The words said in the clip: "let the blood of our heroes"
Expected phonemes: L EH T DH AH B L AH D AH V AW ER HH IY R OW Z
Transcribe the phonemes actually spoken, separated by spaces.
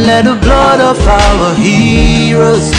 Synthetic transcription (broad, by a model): L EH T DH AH B L AH D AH P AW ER HH IY R OW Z